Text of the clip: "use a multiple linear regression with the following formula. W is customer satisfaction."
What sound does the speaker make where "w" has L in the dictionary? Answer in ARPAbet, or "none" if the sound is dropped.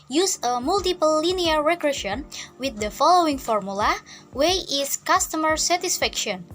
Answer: none